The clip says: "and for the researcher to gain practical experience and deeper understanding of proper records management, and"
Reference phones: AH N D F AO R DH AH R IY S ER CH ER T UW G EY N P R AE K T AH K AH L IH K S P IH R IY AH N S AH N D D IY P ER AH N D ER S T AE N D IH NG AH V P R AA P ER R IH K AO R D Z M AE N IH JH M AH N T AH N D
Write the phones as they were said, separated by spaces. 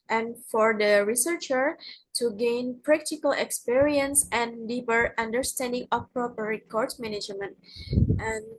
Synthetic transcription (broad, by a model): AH N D F AO R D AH R IY S ER CH ER T UW G EY N P R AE K T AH K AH L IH K S P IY R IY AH N S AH N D D IY P ER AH N D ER S T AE N D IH NG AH F P R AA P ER R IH K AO R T M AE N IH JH M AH N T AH N